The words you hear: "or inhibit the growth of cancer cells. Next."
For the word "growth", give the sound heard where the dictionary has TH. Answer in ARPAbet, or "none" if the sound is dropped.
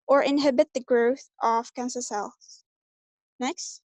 TH